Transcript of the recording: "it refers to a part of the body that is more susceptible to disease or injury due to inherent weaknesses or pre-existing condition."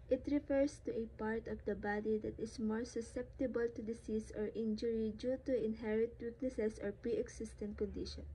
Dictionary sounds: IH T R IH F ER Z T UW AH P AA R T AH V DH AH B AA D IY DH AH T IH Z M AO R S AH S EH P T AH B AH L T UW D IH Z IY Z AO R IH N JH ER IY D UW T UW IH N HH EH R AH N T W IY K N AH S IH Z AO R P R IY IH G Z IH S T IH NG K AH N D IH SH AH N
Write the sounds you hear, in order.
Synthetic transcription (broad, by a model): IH T R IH F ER S T UW AH P AA R T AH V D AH B AA D IY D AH T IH S M AO R S AH S EH P T AH B AH L T UW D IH S IY S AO R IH N JH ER IY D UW T UW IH N HH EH R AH T W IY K N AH S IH S AO R P R IY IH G S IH S T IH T K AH N D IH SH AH N